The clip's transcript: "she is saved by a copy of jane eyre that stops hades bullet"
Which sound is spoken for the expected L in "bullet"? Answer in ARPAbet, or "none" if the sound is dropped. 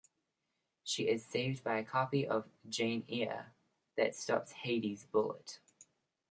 L